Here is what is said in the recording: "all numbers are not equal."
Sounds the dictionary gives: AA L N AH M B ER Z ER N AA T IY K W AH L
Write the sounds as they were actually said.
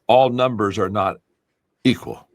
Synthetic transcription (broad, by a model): AA L N AH M B ER Z ER N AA T IY K W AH L